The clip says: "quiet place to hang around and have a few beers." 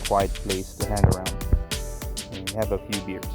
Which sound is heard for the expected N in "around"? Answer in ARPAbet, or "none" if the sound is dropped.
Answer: none